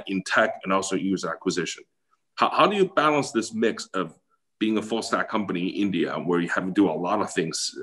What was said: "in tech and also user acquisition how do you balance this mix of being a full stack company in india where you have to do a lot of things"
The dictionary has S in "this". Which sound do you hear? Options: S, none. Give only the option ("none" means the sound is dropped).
S